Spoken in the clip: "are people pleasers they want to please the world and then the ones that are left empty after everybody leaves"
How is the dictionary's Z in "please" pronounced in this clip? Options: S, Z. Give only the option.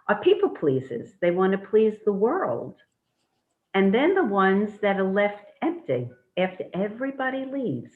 Z